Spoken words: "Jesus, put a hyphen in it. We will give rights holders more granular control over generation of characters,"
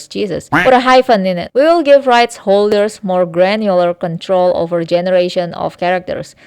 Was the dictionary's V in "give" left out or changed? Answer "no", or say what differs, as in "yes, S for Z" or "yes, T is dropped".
no